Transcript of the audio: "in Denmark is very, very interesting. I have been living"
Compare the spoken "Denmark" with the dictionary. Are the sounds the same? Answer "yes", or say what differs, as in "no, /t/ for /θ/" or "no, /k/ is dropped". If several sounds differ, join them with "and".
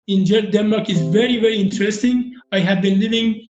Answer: yes